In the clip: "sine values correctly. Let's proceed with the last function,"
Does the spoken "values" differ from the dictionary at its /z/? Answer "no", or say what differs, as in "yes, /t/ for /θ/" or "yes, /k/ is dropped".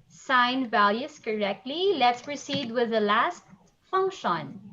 yes, /s/ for /z/